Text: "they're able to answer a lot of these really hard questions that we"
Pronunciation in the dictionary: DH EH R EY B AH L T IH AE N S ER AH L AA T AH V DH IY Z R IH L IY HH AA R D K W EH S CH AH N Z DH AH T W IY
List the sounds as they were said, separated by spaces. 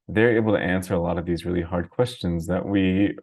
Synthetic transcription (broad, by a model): DH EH R EY B L T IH AE N S ER AH L AA T AH V DH IY Z R IH L IY HH AA R D K W EH S CH AH N Z DH AH T W IY